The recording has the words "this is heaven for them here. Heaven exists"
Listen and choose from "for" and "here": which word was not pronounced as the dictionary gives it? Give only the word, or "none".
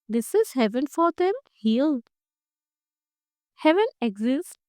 here